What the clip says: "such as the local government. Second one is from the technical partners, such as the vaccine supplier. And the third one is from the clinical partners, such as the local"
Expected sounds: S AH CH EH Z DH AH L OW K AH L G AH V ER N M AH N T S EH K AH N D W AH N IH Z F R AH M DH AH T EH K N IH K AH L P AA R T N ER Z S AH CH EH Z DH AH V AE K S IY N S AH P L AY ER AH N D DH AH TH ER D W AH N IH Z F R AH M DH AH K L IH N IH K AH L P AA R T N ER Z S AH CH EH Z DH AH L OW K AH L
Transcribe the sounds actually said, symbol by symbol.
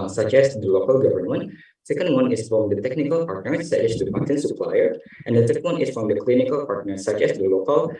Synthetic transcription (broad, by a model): S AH CH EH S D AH L OW K AH L G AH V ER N M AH N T S EH K AH N D W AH N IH S F R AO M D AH T EH K N IH K AH L P AA R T N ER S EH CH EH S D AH P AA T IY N S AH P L AY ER AH N D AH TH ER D W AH N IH S F R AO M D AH K L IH N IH K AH L P AA R T N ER S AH CH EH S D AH L OW K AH L